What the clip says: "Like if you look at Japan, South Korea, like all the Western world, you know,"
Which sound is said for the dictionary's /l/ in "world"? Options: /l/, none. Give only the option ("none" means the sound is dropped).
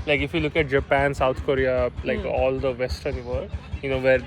none